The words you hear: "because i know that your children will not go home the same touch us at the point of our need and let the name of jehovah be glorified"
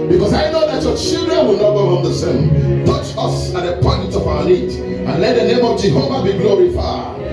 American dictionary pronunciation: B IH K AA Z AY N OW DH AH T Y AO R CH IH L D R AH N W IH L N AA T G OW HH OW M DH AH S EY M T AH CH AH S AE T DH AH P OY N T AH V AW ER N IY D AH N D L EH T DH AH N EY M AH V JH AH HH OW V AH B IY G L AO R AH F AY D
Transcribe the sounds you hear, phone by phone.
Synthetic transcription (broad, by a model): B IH K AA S AY N OW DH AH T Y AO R CH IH L D R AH N W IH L N AA T G OW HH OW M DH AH S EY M T AH CH AH S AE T DH AH P OY N T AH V AW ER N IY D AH N L EH T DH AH N EY M AH V JH AH HH OW V AH B IY G L AO R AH F AY